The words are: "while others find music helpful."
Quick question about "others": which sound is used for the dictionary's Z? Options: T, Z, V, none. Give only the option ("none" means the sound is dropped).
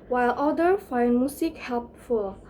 none